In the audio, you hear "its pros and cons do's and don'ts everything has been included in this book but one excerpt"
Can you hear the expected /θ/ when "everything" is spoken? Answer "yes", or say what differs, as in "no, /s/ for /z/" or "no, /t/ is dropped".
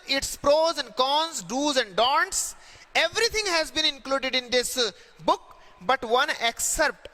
no, /t/ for /θ/